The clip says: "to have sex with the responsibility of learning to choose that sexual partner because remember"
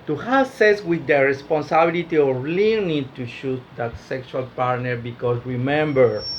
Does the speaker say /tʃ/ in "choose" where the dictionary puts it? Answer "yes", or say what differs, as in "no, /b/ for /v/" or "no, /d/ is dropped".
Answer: no, /ʃ/ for /tʃ/